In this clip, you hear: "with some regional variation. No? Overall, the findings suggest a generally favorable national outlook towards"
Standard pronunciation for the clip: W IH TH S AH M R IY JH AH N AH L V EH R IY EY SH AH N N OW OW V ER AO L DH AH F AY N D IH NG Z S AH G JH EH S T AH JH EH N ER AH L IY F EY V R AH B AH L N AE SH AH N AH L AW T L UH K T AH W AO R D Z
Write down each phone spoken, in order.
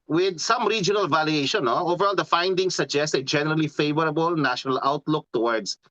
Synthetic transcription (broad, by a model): W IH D S AH M R IY JH AH N AH L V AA L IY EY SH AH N N OW OW V ER AO L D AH F AY N D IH NG S AH G JH EH S T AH JH EH N ER AH L IY F EY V R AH B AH L N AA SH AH N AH L AW T L UH K T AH W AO R D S